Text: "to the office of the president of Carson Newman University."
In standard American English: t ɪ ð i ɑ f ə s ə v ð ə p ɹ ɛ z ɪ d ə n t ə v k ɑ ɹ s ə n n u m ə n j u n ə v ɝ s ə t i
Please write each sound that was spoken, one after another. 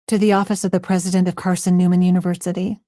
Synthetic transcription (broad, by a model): t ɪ ð i ɑ f ə s ə v ð ə p ɹ ɛ z ɪ d ə n t ə v k ɑ ɹ s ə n n u m ə n j u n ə v ɝ s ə t i